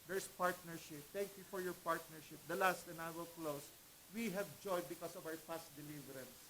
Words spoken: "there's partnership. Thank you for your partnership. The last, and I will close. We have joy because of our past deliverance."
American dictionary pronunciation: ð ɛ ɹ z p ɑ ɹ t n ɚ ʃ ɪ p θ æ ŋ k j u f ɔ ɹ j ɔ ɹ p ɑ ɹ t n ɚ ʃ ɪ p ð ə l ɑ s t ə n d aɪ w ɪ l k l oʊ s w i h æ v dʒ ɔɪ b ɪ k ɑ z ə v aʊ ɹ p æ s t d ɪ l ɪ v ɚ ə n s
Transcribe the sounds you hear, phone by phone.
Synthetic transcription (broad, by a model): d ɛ ɹ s p ɑ ɹ t n ɚ ʃ ɪ p t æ ŋ k j u f ɔ ɹ j ɔ ɹ p ɑ ɹ t n ɚ ʃ ɪ p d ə l ɑ s t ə n aɪ w ɪ l k l oʊ s w i h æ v dʒ ɔɪ b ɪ k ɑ s ə v aʊ ɹ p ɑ s t d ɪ l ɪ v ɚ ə n s